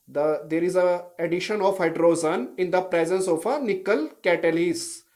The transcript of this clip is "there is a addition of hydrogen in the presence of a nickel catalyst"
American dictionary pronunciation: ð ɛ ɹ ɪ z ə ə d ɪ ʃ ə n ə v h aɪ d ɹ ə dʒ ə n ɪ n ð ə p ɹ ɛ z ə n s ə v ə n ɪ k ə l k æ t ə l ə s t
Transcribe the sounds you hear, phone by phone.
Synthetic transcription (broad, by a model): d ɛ ɹ ɪ z ə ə d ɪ ʃ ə n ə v h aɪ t ɹ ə z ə n ɪ n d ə p ɹ ɛ z ə n s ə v ə n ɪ k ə l k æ t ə l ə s